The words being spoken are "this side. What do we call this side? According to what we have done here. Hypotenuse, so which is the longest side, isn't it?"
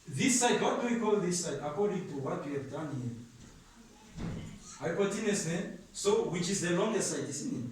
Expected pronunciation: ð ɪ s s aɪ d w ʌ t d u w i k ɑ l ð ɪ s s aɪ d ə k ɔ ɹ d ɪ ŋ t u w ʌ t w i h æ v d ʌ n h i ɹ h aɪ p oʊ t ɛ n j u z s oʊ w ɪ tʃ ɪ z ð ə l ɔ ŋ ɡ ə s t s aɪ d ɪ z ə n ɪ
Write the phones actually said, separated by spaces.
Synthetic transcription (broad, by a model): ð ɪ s s aɪ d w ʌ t d u w i k ɑ l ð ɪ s s aɪ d ə k ɔ ɹ d ɪ ŋ t u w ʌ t w i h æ v d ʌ n h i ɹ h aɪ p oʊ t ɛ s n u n s oʊ w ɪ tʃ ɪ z ð ə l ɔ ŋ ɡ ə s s aɪ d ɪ s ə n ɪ